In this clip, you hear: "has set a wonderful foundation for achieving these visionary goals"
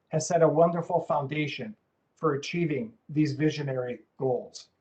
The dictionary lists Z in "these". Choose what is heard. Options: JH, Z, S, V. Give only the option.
Z